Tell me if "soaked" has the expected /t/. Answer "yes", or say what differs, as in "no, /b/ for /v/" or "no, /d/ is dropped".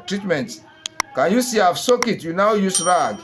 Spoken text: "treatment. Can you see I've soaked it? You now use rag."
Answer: no, /t/ is dropped